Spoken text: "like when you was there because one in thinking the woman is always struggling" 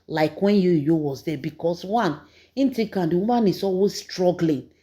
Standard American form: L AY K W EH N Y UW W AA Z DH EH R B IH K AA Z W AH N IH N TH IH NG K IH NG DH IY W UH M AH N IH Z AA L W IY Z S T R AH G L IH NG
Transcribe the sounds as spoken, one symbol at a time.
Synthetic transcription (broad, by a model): L AY K W EH N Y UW W AA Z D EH B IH K AA S W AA N IH N T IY K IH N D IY W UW M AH N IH S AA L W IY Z S T R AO G L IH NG